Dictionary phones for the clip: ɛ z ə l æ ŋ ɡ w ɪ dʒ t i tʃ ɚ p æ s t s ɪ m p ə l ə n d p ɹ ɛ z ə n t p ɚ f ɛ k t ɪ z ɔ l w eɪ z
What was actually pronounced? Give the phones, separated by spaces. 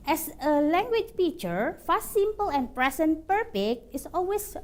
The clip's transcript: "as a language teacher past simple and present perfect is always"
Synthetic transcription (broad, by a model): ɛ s ə l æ ŋ ɡ w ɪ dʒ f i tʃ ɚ f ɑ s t s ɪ m p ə l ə n p ɹ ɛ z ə n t p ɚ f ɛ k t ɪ s ɔ l w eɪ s